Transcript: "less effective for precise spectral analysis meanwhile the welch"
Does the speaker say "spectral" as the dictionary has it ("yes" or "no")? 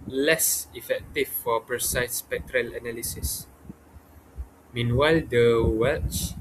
yes